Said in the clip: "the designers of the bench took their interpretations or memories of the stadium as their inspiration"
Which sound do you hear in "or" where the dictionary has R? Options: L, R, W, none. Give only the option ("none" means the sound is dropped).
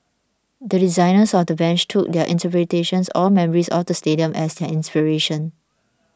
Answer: L